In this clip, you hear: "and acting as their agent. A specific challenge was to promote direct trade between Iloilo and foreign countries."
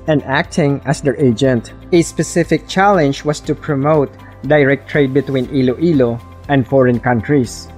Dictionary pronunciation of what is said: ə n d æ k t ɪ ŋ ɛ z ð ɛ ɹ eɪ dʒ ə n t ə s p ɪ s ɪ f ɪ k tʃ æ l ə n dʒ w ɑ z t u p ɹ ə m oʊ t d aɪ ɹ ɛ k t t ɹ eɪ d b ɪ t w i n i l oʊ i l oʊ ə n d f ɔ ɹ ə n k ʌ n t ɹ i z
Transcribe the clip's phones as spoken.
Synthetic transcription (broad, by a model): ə n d æ k t ɪ ŋ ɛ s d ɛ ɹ eɪ dʒ ə n t ə s p ɪ s ɪ f ɪ k tʃ æ l ə n dʒ w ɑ s t u p ɹ ə m oʊ t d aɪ ɹ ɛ k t t ɹ eɪ d b ɪ t w i n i l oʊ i l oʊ ə n d f ɔ ɹ ə n k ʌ n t ɹ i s